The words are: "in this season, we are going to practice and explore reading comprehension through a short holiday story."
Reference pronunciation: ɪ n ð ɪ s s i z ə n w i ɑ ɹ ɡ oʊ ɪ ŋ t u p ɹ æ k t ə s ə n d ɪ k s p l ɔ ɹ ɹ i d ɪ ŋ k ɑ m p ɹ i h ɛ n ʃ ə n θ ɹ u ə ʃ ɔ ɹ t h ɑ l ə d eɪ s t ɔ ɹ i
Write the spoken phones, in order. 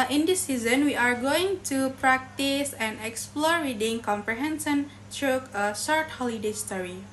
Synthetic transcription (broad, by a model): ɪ n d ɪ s s i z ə n w i ɑ ɹ ɡ oʊ ɪ ŋ t u p ɹ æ k t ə s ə n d ɪ k s p l ɔ ɹ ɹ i d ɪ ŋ k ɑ m p ɹ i h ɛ n s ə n t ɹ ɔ ə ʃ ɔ ɹ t h ɑ l ə d eɪ s t ɔ ɹ i